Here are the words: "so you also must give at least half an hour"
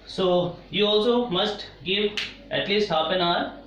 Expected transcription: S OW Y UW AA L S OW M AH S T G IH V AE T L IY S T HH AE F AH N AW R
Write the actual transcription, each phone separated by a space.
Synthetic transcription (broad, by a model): S OW Y UW AA L S OW M AH S T G IH V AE T L IY S T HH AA P AH N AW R